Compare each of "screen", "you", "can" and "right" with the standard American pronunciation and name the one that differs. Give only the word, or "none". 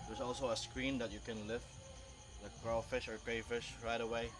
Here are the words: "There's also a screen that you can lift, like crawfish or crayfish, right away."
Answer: none